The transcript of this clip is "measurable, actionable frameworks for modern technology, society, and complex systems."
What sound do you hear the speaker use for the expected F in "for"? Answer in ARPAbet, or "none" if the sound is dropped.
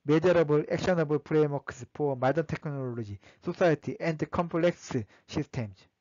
P